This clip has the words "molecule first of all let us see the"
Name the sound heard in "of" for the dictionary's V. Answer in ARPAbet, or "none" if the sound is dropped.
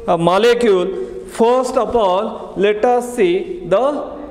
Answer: P